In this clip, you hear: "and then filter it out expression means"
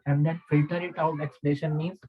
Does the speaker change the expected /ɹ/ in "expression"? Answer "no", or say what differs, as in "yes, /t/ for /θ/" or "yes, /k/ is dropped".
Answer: yes, /l/ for /ɹ/